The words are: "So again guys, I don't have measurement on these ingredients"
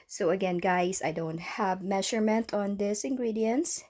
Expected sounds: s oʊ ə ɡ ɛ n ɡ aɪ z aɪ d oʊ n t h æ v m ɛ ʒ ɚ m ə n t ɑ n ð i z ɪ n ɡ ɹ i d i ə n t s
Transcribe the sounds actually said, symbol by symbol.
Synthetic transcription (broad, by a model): s oʊ ə ɡ ɛ n ɡ aɪ s aɪ d oʊ n t h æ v m ɛ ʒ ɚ m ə n t ɑ n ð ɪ s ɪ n ɡ ɹ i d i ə n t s